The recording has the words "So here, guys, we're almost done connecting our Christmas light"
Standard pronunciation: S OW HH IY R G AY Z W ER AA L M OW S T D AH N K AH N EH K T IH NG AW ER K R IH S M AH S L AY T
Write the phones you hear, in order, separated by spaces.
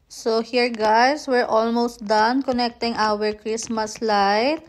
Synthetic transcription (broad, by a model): S OW HH IY R G AY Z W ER AA L M OW S T D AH N K AH N EH K T IH NG AW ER K R IH S M AH S L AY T